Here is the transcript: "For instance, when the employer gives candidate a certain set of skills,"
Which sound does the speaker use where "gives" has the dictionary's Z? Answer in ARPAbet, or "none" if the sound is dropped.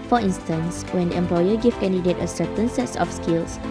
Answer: none